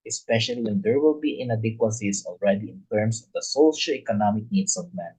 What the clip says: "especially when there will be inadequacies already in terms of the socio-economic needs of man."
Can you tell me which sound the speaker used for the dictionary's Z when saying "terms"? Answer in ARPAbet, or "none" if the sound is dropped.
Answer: S